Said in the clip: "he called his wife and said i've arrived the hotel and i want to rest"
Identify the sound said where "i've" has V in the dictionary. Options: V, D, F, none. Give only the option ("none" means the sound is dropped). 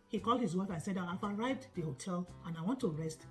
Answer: F